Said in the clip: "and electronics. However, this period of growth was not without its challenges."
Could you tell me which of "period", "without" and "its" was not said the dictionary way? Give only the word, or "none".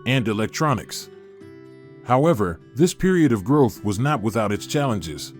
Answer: none